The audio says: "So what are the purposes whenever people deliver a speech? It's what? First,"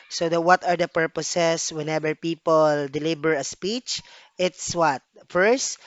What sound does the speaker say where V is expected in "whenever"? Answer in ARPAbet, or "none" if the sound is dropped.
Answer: B